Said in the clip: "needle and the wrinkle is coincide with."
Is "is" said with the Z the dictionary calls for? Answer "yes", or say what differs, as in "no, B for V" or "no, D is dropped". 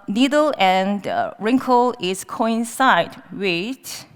no, S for Z